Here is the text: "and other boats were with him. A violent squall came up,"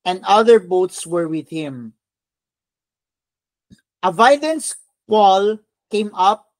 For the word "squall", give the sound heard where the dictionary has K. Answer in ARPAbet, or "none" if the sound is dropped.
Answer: none